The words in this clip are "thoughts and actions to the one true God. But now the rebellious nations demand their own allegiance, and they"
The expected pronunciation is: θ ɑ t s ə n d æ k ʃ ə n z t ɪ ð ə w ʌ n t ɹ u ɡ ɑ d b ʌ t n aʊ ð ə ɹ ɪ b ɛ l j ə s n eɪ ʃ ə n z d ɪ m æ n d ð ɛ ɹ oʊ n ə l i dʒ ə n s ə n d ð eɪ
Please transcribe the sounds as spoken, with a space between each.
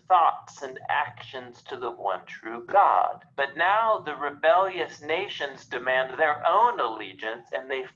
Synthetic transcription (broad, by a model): θ ɑ t s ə n æ k ʃ ə n z t ɪ ð ə w ʌ n t ɹ u ɡ ɑ d b ʌ t n aʊ ð ə ɹ ɪ b ɛ l j ə s n eɪ ʃ ə n z d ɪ m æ n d ð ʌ ɹ oʊ n ə l i dʒ ə n s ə n ð eɪ